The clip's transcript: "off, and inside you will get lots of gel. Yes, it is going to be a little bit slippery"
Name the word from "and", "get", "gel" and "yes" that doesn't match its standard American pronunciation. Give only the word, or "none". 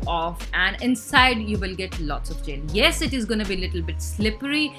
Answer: gel